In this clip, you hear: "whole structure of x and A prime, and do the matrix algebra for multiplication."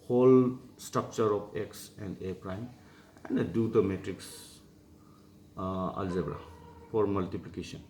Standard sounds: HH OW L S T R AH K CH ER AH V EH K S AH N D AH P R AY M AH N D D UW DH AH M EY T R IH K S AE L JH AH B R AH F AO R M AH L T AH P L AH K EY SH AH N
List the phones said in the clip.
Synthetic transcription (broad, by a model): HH OW L S T R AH K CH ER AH P EH K S AH N D AH P R AY M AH N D D UW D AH M EY T R IH K S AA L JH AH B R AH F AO R M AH L T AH P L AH K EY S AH N